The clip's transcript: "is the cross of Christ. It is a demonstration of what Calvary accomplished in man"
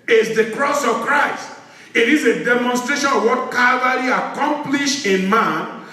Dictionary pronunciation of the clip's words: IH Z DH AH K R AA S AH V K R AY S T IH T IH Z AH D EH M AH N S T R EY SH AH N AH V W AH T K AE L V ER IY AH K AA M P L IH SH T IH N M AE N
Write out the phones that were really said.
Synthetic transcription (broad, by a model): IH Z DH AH K R AA S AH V K R AY S T IH T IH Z AH D EH M AH N S T R EY SH AH N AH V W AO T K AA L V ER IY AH K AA M P L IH SH IH N M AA N